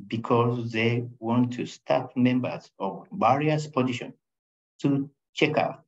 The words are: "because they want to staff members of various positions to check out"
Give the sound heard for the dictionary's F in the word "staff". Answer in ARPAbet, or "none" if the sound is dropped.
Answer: P